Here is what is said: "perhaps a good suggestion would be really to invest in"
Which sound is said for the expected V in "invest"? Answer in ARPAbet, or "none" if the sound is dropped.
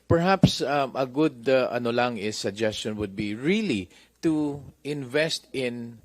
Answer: V